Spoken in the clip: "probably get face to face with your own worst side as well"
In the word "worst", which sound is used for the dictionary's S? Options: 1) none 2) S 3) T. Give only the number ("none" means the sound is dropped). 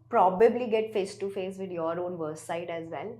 1